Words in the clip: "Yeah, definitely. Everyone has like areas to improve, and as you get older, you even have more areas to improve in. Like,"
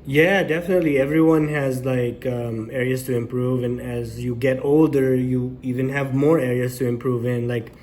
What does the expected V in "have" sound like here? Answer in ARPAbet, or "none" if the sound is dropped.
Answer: V